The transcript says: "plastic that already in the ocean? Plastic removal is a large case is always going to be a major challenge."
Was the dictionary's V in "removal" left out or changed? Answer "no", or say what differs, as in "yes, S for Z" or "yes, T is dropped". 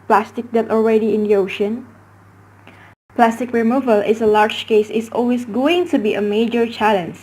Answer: no